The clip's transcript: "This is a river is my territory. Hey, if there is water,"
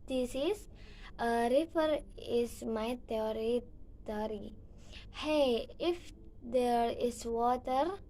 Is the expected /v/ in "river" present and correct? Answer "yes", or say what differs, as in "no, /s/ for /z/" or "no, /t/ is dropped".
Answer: no, /f/ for /v/